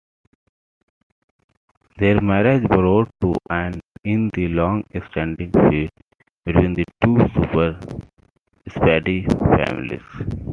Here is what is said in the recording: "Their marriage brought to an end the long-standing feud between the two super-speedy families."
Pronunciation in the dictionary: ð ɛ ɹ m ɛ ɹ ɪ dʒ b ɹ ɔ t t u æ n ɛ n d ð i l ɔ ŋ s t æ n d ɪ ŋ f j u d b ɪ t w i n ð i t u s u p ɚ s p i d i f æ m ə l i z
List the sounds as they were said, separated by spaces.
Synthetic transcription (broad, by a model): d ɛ ɹ m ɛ ɹ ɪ dʒ b ɹ ɔ t t u æ n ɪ n d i l ɔ ŋ s t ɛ n d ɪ ŋ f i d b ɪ t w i n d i t u s u p ɚ s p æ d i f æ m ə l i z